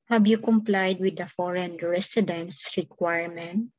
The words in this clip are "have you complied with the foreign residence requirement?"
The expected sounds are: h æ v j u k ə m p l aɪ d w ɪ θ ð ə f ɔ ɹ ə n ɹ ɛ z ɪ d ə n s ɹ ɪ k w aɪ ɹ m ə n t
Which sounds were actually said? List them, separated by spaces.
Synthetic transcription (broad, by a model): h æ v j u k ə m p l aɪ d w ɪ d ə f ɔ ɹ ə n ɹ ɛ s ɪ d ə n s ɹ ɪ k w aɪ ɹ m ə n t